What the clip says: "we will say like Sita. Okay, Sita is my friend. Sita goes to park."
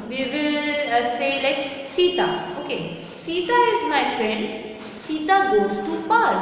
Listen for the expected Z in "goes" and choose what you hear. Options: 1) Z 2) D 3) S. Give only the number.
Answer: 3